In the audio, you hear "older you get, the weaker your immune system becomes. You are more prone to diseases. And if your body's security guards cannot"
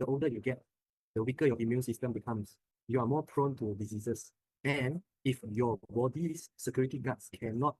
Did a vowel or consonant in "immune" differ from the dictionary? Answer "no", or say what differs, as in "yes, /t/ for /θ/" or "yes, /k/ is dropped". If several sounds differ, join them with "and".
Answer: no